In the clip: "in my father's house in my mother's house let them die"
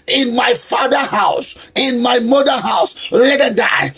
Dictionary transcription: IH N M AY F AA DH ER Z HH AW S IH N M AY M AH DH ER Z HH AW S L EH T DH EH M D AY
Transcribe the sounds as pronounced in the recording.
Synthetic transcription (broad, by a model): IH N M AY F AA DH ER HH AW S IH N M AY M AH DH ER HH AW S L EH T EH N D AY